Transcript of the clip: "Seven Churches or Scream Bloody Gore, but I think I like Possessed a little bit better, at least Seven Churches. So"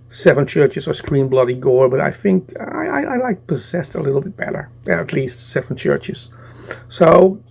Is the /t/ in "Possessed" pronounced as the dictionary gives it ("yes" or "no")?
yes